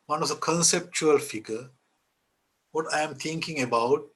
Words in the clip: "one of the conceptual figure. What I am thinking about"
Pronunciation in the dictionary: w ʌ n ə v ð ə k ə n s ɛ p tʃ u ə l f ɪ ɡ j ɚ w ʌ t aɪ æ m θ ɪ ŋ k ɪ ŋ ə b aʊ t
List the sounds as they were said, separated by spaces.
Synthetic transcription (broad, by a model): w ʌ n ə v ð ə k ə n s ɛ p tʃ u ə l f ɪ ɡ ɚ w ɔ t aɪ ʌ m t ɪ ŋ k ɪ ŋ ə b aʊ t